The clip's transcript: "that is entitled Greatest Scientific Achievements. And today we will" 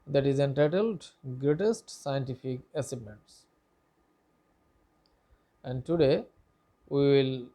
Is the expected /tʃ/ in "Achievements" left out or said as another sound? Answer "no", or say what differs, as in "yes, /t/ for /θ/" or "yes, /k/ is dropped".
yes, /s/ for /tʃ/